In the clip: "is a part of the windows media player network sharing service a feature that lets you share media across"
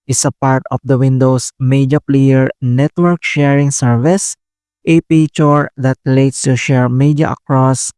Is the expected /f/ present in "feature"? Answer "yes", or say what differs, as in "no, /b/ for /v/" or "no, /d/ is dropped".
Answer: no, /p/ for /f/